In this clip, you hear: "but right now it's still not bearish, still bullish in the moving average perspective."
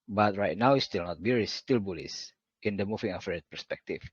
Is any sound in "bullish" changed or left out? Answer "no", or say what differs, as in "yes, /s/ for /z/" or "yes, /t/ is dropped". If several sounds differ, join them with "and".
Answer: yes, /s/ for /ʃ/